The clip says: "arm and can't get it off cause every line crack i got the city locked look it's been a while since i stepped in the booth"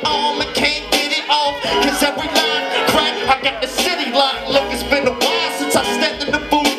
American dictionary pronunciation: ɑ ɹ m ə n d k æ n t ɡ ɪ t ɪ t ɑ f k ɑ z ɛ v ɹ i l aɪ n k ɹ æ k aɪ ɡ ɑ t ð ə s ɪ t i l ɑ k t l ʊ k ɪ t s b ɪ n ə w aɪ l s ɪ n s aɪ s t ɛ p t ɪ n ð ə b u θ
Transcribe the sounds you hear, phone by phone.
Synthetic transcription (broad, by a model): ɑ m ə k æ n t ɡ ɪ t ɪ t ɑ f k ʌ z ɛ v ɹ i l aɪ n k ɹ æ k aɪ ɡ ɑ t ð ə s ɪ t i l ɑ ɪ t l ʊ k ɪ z b ɪ n ə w aɪ s ɪ n s aɪ s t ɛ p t ɪ n ð ə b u